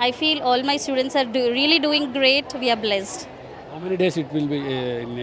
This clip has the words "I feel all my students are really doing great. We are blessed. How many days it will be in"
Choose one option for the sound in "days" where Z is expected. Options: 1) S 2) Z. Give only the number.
1